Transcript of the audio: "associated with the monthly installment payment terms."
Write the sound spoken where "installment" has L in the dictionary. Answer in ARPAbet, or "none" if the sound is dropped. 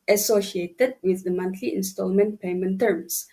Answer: L